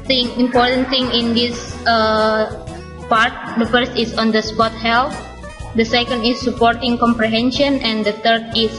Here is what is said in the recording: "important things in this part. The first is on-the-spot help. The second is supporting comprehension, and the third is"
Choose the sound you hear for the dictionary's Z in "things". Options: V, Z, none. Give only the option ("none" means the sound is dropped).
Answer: none